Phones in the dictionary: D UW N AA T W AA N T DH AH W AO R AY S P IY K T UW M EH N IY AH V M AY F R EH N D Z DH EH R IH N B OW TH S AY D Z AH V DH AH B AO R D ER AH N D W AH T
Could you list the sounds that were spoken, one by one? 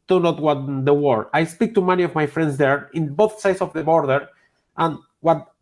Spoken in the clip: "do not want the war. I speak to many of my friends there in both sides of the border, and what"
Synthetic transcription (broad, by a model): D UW N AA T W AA T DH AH W AO R AY S P IY K T UW M EH N IY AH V M AY F R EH N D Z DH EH R IH N B OW TH S AY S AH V DH AH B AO R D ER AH N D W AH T